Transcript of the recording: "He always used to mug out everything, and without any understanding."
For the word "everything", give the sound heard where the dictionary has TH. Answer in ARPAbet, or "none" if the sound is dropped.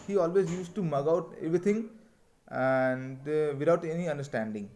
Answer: T